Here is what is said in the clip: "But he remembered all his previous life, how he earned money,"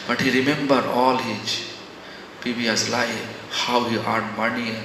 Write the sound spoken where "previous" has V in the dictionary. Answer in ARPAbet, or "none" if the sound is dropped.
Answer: B